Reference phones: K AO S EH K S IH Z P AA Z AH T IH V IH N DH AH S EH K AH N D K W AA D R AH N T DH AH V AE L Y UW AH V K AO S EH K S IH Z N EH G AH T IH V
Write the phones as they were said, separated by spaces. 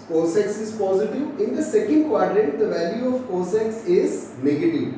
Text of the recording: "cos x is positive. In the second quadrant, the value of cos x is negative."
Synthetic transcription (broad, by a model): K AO S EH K S IH Z P AA Z AH T IH V IH N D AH S EH K AH N D K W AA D R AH T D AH V AE L Y UW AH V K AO S EH K S IH Z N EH G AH T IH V